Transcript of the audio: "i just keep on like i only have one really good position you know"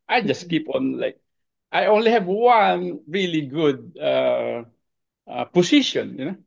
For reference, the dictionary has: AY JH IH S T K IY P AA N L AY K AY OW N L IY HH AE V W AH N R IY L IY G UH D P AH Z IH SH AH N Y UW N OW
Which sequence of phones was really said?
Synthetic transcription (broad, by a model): AY JH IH S K IY P AA N L AY K AY OW N L IY HH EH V W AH N R IY L IY G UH D P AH S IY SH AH N Y UW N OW